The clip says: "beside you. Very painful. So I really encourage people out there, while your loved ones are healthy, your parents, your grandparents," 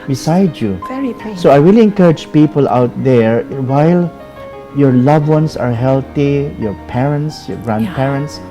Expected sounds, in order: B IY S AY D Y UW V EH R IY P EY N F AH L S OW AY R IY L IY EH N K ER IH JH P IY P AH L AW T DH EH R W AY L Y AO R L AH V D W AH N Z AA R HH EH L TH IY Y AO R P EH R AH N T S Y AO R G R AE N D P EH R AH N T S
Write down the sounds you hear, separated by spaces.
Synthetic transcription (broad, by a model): B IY S AY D Y UW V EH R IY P S OW AY R IY L IY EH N K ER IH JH P IY P AH L AW T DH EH R W AY L Y AO R L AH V W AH N S AA R HH EH L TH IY Y AO R P EH R AH N T S Y AO R G R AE N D P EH R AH N T S